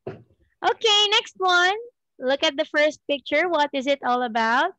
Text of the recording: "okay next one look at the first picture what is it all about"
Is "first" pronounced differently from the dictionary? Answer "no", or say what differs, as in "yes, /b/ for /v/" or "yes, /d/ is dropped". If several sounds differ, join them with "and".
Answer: no